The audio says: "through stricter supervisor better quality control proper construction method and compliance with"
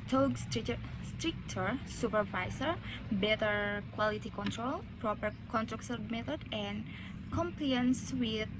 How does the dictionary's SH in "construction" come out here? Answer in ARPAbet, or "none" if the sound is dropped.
S